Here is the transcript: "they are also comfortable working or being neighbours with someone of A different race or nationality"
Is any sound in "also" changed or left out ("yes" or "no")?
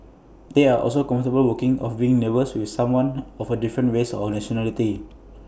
no